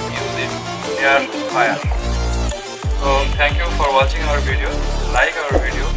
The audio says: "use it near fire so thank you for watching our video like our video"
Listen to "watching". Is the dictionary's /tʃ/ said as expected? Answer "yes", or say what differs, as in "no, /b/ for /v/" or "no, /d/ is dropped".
yes